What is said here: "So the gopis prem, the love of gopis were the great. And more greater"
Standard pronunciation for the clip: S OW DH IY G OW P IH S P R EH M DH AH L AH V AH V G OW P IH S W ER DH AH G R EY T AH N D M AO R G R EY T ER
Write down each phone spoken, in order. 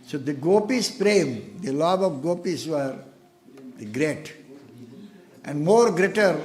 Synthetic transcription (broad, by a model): S OW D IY G OW P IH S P R EH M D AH L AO B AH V G OW P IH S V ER G R EY T AH N D M AO R G R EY T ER